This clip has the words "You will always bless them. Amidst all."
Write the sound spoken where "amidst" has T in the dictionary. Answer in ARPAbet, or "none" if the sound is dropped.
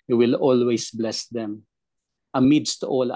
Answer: T